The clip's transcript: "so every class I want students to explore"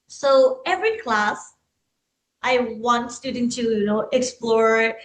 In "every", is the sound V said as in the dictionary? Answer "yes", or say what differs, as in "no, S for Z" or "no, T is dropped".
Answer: yes